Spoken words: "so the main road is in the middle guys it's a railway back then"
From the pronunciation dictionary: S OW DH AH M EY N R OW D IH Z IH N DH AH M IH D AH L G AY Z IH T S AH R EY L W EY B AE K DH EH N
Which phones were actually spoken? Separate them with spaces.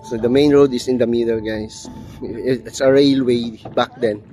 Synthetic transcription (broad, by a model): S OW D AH M EY N R OW D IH S IH N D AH M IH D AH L G AY S IH T S AH R EY L W EY B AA K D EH N